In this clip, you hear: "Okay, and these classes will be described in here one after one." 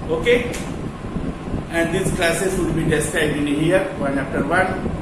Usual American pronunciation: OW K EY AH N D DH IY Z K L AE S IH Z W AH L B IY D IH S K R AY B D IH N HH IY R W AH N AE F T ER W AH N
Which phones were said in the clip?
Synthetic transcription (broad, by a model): OW K EY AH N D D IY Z K L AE S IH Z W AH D B IY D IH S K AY D IH N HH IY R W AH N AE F T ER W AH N